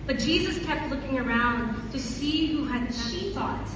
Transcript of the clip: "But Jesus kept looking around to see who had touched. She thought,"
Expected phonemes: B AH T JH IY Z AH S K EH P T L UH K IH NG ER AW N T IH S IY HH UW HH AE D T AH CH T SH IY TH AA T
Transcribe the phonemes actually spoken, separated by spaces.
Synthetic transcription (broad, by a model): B AH T JH IY Z AH S K EH P T L UH K IH NG ER AW N T IH S IY HH UW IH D SH IY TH AA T